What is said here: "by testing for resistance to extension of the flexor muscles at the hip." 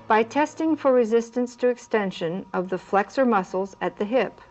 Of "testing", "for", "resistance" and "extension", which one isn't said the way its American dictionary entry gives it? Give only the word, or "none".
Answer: none